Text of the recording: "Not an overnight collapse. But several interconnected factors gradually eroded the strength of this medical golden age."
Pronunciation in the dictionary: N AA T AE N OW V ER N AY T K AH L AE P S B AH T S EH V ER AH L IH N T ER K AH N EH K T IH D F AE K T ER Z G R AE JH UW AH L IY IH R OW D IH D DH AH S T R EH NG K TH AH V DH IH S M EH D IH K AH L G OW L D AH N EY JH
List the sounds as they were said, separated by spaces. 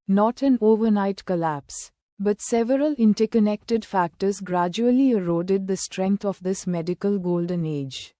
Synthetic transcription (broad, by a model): N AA T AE N OW V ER N AY T K AH L AE P S B AH T S EH V ER AH L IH N T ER K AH N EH K T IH D F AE K T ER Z G R AE JH UW AH L IY IH R OW D IH D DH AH S T R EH NG K T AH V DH IH S M EH D IH K AH L G OW L D AH N EY JH